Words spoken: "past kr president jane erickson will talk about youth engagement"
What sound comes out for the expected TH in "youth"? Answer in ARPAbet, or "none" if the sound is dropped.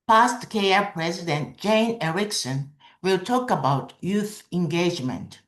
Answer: TH